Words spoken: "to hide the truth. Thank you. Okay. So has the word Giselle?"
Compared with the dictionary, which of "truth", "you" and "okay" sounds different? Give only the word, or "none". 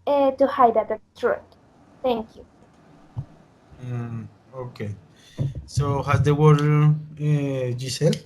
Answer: truth